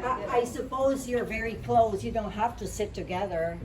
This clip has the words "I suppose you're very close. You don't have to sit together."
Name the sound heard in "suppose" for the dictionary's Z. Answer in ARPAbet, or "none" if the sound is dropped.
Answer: Z